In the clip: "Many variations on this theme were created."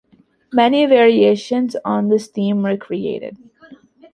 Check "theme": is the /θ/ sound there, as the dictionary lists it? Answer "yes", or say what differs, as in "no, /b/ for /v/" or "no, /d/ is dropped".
no, /t/ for /θ/